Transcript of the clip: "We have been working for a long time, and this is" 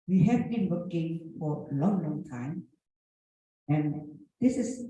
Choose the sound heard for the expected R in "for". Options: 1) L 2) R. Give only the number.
1